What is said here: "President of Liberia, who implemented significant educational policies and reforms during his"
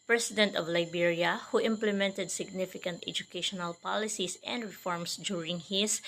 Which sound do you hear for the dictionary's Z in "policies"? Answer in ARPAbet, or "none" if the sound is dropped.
S